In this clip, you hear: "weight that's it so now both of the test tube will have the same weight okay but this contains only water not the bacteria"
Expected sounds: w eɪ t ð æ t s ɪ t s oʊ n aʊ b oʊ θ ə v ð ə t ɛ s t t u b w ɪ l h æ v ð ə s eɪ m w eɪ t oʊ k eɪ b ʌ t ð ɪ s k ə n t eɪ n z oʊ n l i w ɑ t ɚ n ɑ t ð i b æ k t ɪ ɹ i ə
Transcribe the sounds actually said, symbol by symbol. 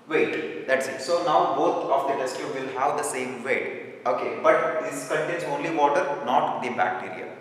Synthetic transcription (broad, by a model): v eɪ t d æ t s ɪ t s oʊ n aʊ b oʊ t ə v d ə t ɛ s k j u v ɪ l h æ v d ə s eɪ m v eɪ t oʊ k eɪ b ʌ t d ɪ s k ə n t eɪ n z oʊ n l i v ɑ t ɚ n ɑ t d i b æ k t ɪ ɹ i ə